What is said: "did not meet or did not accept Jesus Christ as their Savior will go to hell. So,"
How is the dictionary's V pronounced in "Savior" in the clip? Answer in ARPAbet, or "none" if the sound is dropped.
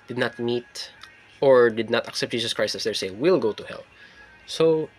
none